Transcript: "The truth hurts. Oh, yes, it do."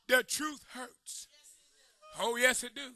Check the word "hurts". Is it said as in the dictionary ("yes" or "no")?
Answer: yes